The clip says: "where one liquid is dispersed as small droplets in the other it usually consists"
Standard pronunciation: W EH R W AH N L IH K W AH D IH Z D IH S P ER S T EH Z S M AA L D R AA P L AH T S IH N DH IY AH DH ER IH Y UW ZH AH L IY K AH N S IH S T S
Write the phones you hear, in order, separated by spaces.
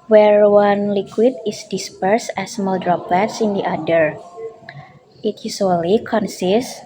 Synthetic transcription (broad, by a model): W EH R W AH N L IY K W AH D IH S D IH S P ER S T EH S M AA L D R AA P L AH T S IH N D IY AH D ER IH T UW S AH L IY K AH N S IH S S